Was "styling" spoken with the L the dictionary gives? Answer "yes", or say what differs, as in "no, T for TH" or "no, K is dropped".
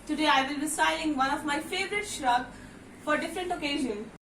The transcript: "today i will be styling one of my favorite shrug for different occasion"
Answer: no, L is dropped